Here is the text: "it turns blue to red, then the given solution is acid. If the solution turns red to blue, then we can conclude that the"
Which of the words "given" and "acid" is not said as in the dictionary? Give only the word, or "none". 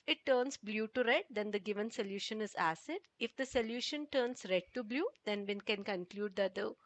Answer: none